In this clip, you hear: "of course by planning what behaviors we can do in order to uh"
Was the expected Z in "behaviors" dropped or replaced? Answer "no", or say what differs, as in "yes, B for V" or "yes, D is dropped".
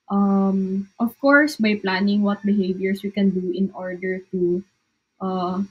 yes, S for Z